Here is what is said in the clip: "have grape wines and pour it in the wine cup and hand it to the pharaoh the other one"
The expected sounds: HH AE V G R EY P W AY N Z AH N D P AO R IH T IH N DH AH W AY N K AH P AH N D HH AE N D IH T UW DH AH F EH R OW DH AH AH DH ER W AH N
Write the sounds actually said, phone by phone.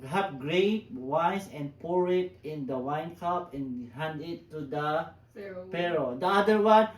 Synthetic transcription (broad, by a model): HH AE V G R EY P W AY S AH N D P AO R IH T IH N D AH W AY N K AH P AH N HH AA N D IH T UW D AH P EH R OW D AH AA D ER W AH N